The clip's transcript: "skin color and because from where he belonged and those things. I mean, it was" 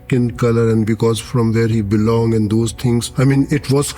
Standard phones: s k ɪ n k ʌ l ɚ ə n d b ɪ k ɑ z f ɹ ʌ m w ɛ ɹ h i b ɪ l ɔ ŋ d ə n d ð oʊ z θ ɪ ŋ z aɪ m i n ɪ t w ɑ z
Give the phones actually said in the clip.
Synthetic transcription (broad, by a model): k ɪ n k ʌ l ɚ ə n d b ɪ k ɑ z f ɹ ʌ m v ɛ ɹ h i b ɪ l ɔ ŋ ə n d oʊ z t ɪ ŋ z aɪ m i n ɪ t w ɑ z